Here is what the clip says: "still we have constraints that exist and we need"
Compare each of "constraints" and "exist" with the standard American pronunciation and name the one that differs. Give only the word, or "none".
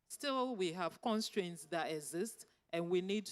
none